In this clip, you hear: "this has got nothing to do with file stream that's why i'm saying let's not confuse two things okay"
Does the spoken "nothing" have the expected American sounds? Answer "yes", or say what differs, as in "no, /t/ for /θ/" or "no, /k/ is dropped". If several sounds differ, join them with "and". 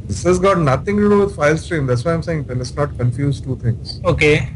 no, /t/ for /θ/